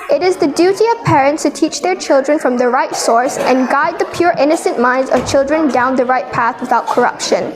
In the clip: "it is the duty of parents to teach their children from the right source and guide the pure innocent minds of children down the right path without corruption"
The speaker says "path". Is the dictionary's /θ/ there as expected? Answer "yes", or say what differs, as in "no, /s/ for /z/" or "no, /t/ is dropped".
yes